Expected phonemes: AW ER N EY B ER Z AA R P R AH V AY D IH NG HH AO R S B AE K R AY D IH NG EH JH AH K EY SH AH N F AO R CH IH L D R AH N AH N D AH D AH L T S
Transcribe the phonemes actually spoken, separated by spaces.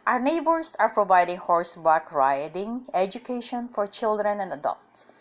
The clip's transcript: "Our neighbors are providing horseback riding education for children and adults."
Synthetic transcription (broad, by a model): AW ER N EY B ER S AA R P R AH V AY D IH NG HH AO R S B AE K R AY D IH NG EH JH AH K EY SH AH N F AO R CH IH L D R AH N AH N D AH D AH L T S